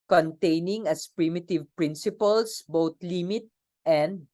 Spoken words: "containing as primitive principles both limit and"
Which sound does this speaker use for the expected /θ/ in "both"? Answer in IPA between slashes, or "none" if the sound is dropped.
/t/